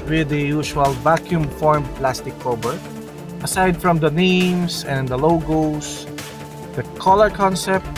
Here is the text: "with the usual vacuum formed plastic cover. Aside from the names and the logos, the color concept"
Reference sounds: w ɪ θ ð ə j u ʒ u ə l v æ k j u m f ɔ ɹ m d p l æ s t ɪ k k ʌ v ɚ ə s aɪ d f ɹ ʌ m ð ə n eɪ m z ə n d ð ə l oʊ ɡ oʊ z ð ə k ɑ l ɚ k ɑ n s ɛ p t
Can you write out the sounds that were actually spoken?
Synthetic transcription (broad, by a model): w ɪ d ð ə j u ʃ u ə l v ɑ k j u m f ɔ ɹ m p l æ s t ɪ k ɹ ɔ b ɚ ə s aɪ d f ɹ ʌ m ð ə n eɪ m s ə n d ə l oʊ ɡ oʊ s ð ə k ɑ l ɚ k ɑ n s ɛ p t